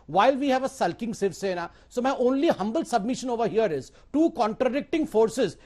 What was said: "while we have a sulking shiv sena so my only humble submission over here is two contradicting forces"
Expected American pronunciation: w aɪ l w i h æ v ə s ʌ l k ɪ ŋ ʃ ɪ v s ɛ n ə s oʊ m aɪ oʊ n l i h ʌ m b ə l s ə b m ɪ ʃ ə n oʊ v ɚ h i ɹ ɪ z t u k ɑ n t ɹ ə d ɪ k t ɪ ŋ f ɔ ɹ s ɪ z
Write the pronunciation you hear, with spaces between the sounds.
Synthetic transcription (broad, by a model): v aɪ l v i h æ v ə s ʌ l k ɪ ŋ s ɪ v s ɛ n ə s oʊ m aɪ oʊ n l i h ʌ m b ə l s ə b m ɪ ʃ ə n oʊ v ɚ h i ɹ ɪ z t u k ɑ n t ɹ ə d ɪ k t ɪ ŋ f ɔ ɹ s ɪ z